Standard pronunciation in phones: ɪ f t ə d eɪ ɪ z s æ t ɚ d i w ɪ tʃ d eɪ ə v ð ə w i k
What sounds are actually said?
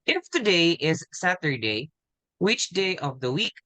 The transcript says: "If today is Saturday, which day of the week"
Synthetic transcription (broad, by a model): ɪ f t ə d eɪ ɪ z s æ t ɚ d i w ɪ tʃ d eɪ ə v ð ə w i k